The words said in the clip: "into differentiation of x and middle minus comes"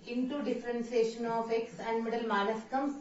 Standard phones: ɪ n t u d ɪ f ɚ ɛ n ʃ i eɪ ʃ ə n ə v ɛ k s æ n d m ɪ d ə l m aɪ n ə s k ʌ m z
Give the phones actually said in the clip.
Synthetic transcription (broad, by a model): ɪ n t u d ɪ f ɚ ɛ n s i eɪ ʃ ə n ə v ɛ k s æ n d m ɪ d ə l m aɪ l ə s k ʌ m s